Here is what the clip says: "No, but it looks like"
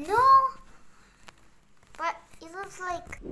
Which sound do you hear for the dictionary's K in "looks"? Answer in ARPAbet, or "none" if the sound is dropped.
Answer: none